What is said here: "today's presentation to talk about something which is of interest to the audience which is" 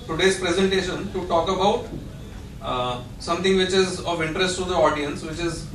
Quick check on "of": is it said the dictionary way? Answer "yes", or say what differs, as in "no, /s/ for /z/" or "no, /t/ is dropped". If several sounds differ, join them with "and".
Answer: yes